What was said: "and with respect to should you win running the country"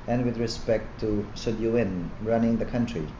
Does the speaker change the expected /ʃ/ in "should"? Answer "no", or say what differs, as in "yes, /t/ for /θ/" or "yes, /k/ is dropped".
yes, /s/ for /ʃ/